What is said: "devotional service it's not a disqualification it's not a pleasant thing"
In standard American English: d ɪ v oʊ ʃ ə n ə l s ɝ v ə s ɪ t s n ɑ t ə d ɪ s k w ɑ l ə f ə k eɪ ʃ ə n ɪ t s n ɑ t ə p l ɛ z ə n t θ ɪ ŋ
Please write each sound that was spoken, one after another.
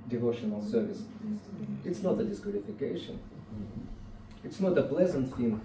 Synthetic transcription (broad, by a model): d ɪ v oʊ ʃ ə n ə l s ɝ v ə s ɪ t s n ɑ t ə d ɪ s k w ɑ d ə f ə k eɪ ʃ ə n ɪ t s n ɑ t ə p l ɛ z ə n t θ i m